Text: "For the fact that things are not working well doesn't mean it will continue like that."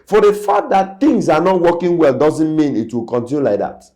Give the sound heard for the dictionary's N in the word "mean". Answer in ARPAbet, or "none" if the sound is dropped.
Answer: N